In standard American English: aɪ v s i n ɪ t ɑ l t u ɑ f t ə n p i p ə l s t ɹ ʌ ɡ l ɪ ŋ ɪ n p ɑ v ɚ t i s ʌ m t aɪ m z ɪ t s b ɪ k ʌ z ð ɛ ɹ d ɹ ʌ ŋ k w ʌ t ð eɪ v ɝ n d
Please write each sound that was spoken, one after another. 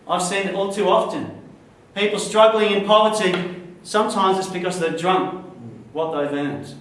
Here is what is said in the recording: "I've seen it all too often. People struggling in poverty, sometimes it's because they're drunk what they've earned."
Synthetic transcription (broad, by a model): aɪ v s i n ɪ t ɑ l t u ɑ f t ə n p i p l s t ɹ ʌ ɡ l ɪ ŋ ɪ n p ɑ v ɚ t i s ʌ m t aɪ m z ɪ t s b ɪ k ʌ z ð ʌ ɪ d ɹ ʌ ŋ k w ʌ t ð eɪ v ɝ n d